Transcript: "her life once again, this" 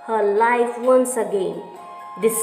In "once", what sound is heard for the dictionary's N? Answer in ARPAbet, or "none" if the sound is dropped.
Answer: N